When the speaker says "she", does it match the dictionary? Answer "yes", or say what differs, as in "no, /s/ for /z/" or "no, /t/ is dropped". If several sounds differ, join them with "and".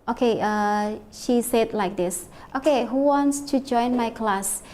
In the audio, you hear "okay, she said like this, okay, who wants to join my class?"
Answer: yes